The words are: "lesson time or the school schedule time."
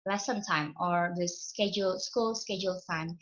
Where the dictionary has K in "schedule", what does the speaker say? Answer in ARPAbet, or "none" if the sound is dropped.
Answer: K